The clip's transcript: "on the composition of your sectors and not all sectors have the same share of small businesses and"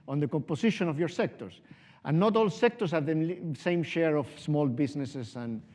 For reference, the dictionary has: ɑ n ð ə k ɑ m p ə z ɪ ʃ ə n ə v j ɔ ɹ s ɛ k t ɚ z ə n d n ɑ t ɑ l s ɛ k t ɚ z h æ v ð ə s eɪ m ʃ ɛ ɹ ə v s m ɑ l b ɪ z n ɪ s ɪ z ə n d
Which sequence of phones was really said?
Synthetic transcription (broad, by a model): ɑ n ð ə k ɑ m p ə s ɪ ʃ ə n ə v j ɔ ɹ s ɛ k t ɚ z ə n n ɑ t ɑ l s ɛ k t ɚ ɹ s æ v ð ə s eɪ m ʃ ɛ ɹ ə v s m ɑ l b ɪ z n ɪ s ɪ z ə n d